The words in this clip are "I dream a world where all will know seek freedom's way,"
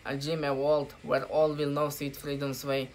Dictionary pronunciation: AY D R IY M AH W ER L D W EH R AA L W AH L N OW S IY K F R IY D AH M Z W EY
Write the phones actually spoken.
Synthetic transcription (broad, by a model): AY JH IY M AH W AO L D W EH R AA L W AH L N OW S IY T F R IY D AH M S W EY